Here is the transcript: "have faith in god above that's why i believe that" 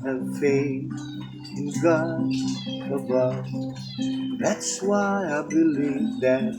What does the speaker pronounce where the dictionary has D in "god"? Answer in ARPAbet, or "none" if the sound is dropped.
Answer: none